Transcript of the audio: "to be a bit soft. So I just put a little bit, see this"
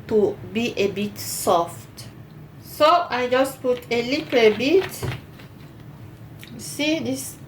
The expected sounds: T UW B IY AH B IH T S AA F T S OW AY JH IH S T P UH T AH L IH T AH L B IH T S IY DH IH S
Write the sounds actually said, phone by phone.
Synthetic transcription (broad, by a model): T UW B IY AH B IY T S AA F T S OW AY JH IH S P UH T AH L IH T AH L B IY T S IY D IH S